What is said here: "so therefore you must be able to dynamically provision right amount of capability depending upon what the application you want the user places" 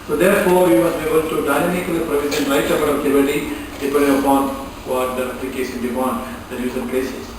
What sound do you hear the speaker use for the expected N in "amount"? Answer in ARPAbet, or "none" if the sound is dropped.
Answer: none